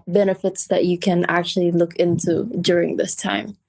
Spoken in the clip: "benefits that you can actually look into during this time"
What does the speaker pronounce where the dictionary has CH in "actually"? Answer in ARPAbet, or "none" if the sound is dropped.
CH